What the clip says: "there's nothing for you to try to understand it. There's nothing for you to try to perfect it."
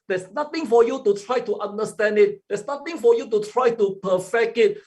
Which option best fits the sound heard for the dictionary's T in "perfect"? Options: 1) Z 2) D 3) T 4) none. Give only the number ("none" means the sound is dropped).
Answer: 4